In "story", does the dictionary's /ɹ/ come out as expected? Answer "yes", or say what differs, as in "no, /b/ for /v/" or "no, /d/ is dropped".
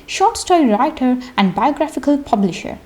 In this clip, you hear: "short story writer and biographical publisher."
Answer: no, /ɹ/ is dropped